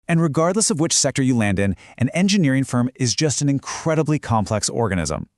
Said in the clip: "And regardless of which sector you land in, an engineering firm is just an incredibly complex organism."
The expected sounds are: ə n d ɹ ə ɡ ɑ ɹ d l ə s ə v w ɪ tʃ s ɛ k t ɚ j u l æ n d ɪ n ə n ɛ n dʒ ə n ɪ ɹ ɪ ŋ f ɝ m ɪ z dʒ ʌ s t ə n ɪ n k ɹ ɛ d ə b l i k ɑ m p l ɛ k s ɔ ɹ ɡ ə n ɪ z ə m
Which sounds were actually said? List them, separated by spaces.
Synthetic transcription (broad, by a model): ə n ɹ ə ɡ ɑ ɹ d l ə s ə v w ɪ tʃ s ɛ k t ɚ j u l æ n d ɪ n ə n ɛ n dʒ ə n ɪ ɹ ɪ ŋ f ɝ m ɪ z dʒ ʌ s t ə n ɪ n k ɹ ɛ d ə b l i k ɑ m p l ɛ k s ɔ ɹ ɡ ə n ɪ z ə m